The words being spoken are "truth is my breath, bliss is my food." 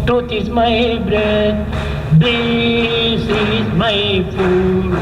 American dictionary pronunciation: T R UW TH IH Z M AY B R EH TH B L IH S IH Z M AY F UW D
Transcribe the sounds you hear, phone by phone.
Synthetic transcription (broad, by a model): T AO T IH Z M AY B R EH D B IH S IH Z M AY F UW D